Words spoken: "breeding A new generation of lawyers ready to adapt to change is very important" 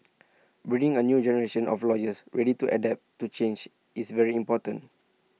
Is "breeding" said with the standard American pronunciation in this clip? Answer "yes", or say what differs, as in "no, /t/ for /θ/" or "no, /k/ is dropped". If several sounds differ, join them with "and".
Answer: no, /ɹ/ is dropped